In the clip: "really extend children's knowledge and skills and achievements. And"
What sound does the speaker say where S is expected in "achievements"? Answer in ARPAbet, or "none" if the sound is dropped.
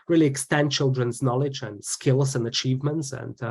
S